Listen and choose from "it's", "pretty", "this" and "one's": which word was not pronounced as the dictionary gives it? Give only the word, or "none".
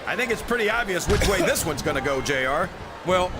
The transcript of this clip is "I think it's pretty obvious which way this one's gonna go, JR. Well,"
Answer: none